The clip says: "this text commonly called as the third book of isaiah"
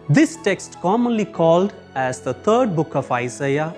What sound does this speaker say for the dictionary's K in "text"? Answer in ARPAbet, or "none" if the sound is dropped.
K